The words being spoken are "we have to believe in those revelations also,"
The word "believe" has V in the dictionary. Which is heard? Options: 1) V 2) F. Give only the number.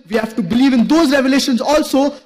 1